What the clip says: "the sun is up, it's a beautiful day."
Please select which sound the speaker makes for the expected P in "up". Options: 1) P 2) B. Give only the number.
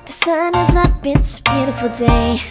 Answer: 2